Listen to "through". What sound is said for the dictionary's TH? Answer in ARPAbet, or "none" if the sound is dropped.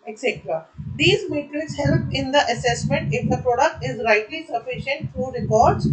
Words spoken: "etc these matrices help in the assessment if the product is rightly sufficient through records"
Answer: F